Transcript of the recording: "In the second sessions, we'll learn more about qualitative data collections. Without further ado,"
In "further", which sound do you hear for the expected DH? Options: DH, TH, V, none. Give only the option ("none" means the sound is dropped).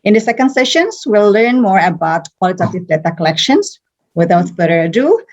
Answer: none